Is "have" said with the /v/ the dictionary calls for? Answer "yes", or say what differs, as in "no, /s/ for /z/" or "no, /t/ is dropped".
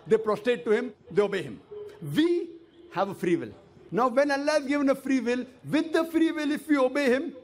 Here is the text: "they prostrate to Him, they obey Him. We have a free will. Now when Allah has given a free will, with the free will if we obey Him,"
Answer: yes